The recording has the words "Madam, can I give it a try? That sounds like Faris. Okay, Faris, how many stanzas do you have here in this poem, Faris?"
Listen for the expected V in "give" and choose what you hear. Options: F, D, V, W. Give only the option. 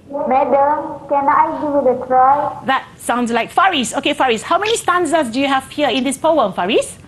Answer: W